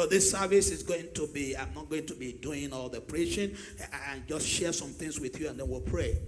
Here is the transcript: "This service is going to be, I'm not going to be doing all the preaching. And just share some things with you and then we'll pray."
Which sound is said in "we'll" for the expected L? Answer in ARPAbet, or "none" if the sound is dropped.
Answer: L